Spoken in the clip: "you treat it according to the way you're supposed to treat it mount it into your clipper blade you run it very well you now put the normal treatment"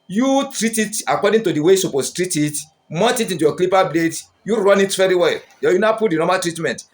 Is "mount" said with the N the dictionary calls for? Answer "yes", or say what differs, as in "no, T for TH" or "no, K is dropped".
no, N is dropped